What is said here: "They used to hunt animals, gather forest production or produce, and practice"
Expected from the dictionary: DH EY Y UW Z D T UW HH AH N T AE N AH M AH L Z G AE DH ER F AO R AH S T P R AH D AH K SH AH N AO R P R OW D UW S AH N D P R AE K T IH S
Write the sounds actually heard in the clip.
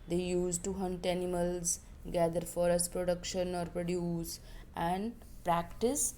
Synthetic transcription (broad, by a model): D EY Y UW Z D T UW HH AH N T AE N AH M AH L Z G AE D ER F AO R AH S T P R AH D AH K SH AH N AO R P R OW D UW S AH N D P R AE K T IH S